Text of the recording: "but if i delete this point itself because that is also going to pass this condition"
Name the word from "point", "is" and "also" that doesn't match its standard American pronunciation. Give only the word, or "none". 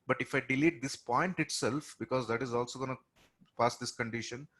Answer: none